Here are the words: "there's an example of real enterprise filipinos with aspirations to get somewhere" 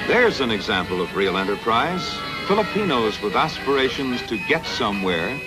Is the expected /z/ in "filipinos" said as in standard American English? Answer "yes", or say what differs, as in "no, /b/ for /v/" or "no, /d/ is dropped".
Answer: yes